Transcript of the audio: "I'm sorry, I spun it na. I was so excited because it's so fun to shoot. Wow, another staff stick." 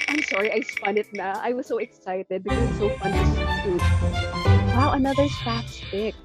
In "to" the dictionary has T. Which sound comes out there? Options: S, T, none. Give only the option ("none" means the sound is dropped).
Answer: S